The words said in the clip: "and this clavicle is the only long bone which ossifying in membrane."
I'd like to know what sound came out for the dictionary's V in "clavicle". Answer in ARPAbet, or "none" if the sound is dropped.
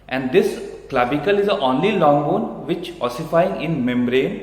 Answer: B